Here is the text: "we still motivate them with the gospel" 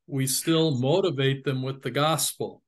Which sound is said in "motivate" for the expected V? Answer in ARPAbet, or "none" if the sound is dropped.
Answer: V